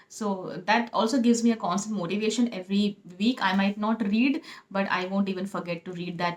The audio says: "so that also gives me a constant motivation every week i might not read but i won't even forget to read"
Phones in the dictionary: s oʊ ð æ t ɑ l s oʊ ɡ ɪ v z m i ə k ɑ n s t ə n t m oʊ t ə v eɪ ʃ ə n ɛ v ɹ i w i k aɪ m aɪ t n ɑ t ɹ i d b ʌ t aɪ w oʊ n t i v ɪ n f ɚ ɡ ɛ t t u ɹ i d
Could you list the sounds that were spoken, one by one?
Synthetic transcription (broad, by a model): s oʊ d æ t ɑ l s oʊ ɡ ɪ v z m i ə k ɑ n s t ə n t m oʊ t ə v eɪ ʃ ə n ɛ v ɹ i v i k aɪ m aɪ t n ɑ t ɹ i d b ʌ t aɪ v oʊ n t i v ɪ n f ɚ ɡ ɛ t t u ɹ i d